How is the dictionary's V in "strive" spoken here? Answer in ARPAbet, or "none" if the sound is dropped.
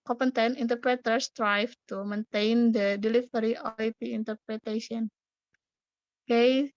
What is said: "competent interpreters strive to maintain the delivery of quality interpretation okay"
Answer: F